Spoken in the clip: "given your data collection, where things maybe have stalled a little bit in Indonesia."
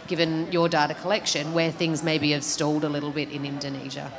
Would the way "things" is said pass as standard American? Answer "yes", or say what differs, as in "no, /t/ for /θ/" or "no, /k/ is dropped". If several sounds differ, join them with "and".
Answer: yes